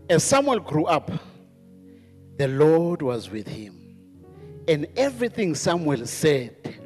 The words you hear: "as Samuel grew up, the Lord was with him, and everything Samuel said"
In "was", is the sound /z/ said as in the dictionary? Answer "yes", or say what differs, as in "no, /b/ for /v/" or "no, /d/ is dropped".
yes